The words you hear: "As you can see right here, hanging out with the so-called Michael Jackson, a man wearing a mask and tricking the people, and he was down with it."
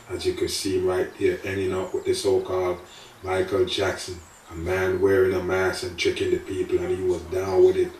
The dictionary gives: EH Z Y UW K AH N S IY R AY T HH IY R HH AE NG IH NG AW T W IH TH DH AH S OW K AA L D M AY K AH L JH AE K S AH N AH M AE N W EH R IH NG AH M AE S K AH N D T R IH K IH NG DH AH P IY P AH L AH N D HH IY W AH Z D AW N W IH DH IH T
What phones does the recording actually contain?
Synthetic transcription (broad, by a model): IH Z Y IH K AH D S IY R AY T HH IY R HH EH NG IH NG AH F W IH DH AH S OW K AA L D M AY K L JH AE K S AH N AH M AE N W EH R IH NG AH M AE S AH N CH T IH K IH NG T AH P IY P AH L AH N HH IY W AH Z D AW N W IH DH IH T